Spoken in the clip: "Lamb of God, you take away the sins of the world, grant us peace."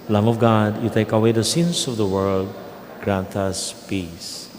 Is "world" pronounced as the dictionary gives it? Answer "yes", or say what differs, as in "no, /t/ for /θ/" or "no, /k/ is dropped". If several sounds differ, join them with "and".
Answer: yes